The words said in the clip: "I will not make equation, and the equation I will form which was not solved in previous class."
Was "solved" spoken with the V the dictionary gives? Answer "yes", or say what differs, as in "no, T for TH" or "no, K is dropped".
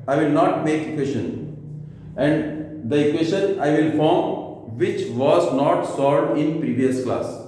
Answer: no, V is dropped